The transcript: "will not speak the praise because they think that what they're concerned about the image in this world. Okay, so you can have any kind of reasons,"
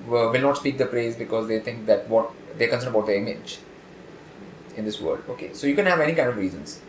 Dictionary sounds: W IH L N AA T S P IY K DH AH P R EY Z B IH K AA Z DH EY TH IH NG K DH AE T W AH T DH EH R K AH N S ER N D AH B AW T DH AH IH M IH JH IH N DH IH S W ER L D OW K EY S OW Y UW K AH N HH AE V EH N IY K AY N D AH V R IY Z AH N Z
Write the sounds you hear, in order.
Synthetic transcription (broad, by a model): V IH L N AA T S P IY K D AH P R EY Z B IH K AA Z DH EY T IH NG K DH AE T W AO T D EH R K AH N S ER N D AH B AW T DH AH IH M IH JH IH N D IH S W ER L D OW K EY S OW Y UW K AH N HH AE V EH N IY K AY N D AH V R IY Z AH N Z